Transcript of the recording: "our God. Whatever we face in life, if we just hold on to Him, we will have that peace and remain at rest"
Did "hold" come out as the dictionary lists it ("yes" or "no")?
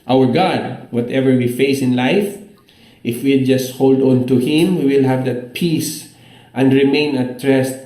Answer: yes